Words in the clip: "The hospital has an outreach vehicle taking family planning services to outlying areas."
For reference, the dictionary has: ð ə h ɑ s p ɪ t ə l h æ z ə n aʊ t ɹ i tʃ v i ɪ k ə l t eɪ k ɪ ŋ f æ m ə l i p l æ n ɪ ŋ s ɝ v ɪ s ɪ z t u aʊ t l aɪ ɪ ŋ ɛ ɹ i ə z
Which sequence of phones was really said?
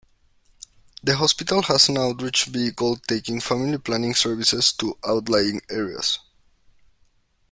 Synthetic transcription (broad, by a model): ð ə h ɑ s p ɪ t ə l h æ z ə n aʊ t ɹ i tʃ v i k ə l t eɪ k ɪ ŋ f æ m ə l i p l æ n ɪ ŋ s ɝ v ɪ s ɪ s t u aʊ t l aɪ ɪ ŋ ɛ ɹ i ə s